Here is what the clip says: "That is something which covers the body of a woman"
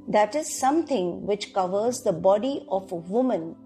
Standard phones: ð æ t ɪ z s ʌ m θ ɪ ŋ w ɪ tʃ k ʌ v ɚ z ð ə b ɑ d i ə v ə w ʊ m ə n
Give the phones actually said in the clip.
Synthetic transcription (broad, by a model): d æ t ɪ z s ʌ m t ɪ ŋ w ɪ tʃ k ʌ v ɚ z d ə b ɑ d i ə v ə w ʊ m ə n